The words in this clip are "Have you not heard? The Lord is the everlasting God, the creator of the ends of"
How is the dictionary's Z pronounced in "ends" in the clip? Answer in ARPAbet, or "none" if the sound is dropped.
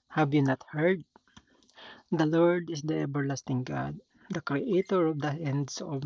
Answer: S